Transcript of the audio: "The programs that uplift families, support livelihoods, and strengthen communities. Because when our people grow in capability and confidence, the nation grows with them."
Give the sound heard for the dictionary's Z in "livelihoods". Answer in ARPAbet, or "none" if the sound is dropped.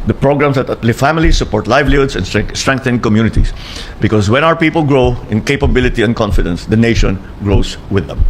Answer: S